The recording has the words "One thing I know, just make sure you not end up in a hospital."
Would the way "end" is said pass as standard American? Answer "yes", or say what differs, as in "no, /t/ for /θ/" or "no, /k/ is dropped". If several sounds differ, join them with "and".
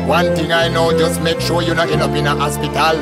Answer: no, /d/ is dropped